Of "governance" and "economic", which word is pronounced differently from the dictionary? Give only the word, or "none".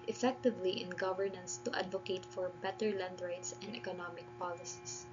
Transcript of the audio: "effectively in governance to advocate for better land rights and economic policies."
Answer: none